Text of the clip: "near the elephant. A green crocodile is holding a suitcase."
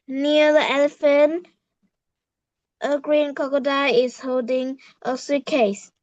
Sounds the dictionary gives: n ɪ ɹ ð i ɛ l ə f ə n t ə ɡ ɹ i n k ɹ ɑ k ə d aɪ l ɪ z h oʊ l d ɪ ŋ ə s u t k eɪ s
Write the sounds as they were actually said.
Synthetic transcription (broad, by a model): n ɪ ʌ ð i ɛ l ə f ə n t ə ɡ ɹ i n k ɑ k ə d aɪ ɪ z h oʊ l d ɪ ŋ ə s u k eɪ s